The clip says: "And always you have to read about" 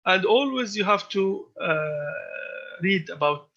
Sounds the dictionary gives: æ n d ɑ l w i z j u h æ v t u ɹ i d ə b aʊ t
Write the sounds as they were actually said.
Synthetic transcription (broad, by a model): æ n d ɑ l w i z j u h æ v t u ɹ i d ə b aʊ t